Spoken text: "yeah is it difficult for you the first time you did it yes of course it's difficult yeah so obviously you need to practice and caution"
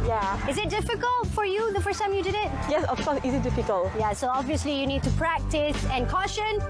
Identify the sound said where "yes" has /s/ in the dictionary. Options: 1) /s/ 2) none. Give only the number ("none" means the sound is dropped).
1